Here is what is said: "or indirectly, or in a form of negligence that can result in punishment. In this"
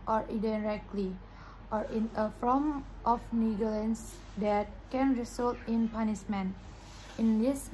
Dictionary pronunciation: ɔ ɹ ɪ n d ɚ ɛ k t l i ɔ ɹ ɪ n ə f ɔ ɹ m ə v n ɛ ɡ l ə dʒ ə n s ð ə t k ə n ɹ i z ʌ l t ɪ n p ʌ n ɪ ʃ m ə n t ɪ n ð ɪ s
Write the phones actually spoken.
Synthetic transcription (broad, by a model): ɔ ɹ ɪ d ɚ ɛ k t l i ɔ ɹ ɪ n ə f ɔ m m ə f n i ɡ ə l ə n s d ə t k ə n ɹ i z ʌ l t ɪ n p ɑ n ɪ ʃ m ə n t ɪ n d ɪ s